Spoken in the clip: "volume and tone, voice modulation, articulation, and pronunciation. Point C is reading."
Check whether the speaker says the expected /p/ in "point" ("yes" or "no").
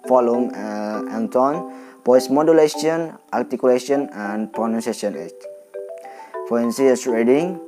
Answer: no